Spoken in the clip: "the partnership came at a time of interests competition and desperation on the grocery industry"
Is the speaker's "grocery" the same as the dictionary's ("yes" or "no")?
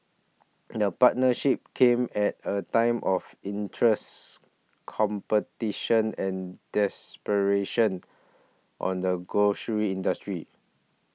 no